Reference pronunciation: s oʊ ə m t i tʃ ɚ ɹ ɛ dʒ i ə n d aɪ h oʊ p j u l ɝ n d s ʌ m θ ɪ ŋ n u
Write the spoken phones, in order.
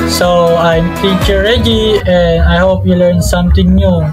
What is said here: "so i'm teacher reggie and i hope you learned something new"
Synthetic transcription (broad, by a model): s oʊ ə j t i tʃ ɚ ɹ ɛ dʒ i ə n aɪ h oʊ p j u l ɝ n s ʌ m t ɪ ŋ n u